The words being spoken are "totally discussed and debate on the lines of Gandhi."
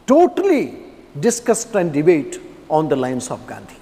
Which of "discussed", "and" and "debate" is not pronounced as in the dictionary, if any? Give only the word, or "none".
none